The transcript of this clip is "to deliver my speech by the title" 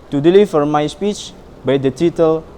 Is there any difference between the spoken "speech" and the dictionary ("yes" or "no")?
no